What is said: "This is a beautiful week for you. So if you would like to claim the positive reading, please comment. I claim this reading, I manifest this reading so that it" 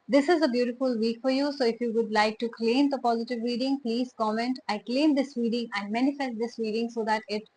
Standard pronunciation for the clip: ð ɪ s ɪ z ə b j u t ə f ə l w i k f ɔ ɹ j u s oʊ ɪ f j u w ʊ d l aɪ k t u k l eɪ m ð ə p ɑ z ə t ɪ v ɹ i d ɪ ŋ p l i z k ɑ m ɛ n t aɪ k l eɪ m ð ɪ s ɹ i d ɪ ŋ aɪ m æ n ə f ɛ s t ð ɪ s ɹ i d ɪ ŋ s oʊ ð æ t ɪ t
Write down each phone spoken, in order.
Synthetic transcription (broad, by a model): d ɪ s ɪ z ə b j u t ə f ə l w i k f ɔ ɹ j u s oʊ ɪ f j u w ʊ d l aɪ k t u k l eɪ m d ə p ɑ z ə t ɪ v ɹ i d ɪ ŋ p l i z k ɑ m ɛ n t aɪ k l eɪ m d ɪ s ɹ i d ɪ ŋ aɪ m æ n ə f ɛ s t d ɪ s ɹ i d ɪ ŋ s oʊ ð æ t ɪ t